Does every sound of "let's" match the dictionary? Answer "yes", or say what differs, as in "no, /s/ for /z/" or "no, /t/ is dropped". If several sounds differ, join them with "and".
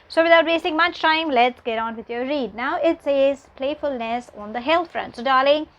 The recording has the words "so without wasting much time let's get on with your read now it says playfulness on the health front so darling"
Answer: yes